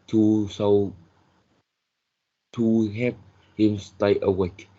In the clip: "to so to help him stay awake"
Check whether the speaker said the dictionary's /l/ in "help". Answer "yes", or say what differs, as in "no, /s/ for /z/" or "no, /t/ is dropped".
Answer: no, /l/ is dropped